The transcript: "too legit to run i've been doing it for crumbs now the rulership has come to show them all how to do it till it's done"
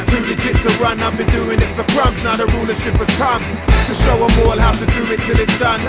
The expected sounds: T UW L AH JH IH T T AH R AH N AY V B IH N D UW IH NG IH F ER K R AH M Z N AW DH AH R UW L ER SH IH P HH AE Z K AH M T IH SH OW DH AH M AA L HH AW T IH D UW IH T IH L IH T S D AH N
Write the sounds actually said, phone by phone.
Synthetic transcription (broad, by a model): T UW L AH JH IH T T AH R AH N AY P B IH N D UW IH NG IH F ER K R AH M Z N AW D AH R UW L ER SH IH P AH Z K AH M T IH SH OW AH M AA L HH AW T IH D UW IH T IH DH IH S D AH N